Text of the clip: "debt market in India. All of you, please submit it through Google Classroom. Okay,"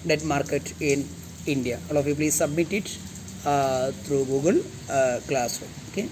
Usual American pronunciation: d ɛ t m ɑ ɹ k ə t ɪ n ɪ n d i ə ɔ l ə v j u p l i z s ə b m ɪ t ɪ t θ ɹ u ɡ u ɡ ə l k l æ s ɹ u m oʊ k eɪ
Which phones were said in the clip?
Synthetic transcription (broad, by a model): d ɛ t m ɑ ɹ k ə t ɪ n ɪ n d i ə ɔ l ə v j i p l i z s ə b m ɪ t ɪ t t ɹ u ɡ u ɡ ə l k l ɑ s u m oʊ k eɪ